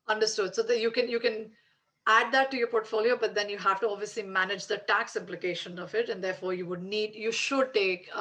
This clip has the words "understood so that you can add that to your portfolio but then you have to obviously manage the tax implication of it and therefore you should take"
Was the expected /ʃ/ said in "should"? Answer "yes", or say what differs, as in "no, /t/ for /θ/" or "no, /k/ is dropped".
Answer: yes